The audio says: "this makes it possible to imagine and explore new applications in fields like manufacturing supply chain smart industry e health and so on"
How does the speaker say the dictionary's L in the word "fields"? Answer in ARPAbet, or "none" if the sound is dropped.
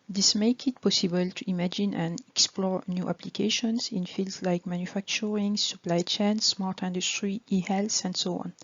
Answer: L